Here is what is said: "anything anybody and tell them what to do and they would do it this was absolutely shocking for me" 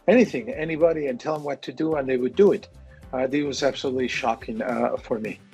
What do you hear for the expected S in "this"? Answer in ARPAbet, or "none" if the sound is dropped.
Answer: none